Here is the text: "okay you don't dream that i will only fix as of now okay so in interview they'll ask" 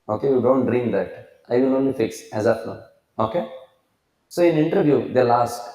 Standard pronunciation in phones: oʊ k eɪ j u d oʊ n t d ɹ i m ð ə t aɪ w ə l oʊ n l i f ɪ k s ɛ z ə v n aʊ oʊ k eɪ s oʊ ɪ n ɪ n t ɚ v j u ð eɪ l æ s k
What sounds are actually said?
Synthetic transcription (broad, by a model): oʊ k eɪ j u d oʊ n t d ɹ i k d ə t aɪ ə n oʊ n l i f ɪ k s ɛ z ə p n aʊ oʊ k eɪ s oʊ ɪ n ɪ n t ɚ v j u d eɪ l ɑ s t